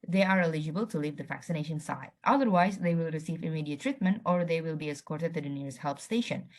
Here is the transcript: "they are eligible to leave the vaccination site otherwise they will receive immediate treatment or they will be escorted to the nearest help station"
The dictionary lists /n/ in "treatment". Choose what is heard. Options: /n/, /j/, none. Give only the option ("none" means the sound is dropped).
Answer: /n/